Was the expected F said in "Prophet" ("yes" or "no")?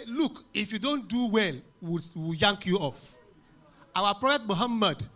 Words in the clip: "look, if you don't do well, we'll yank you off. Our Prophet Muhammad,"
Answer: no